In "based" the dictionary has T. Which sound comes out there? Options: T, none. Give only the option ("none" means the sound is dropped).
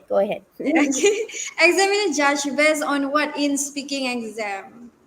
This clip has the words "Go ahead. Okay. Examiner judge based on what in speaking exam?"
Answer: none